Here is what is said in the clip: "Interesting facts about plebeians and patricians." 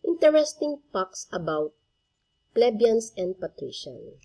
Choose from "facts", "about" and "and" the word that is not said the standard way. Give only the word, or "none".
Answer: facts